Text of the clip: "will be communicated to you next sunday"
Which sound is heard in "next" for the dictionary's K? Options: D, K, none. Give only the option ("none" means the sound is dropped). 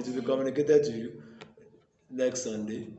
K